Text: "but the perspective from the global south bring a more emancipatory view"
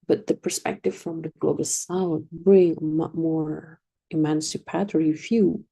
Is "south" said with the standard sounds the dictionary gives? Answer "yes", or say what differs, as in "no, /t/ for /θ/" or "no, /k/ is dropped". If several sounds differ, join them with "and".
no, /t/ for /θ/